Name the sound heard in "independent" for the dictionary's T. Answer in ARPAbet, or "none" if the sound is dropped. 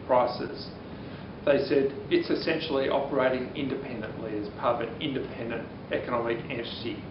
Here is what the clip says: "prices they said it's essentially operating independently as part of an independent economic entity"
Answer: T